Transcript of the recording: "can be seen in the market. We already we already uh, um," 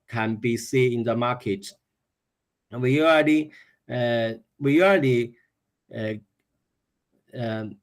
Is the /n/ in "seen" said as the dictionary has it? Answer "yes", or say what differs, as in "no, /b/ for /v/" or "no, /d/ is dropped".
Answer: no, /n/ is dropped